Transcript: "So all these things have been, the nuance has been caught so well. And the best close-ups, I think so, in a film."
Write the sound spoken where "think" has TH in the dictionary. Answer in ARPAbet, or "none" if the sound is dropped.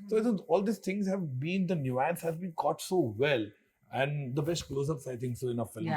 T